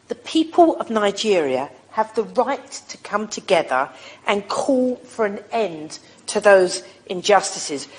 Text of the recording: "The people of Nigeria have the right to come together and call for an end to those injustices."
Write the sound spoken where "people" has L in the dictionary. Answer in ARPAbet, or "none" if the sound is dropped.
L